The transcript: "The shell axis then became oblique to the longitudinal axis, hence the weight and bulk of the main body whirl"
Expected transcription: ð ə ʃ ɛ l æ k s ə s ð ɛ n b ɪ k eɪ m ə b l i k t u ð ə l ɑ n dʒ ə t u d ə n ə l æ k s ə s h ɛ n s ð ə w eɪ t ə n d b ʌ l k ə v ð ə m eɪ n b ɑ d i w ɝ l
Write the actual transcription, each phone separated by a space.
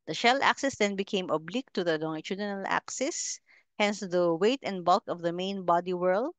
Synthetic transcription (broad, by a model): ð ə ʃ ɛ l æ k s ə s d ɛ n b ɪ k eɪ m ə b l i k t u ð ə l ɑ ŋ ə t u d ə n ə l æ k s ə s h ɛ n s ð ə w eɪ t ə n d b ʌ l k ə v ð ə m eɪ n b ɑ d i w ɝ l